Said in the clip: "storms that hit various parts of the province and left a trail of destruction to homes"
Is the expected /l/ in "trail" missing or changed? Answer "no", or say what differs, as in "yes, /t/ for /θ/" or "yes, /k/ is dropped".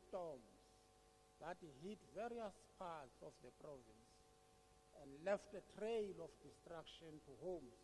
no